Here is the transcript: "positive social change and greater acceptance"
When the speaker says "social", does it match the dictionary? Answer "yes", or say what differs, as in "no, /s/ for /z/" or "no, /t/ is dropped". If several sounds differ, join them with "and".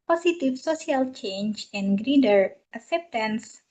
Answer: no, /s/ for /ʃ/